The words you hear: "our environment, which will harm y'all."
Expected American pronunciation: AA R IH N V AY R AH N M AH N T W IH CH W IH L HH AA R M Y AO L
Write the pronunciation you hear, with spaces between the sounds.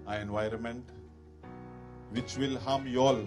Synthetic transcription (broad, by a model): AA IH N V AY R AH N M AH N T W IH CH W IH L HH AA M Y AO L